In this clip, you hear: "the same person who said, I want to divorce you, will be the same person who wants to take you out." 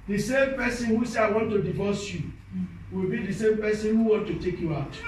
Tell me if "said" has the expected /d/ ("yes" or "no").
no